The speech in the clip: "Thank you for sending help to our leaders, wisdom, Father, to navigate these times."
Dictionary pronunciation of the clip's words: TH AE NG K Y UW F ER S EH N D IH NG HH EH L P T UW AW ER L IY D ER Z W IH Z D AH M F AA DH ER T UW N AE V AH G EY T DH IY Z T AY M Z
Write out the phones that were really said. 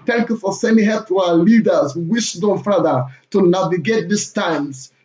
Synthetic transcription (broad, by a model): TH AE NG K Y UW F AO S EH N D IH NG HH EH P T UW AW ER L IY D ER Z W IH S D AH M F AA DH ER T UW N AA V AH G EY T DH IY S T AY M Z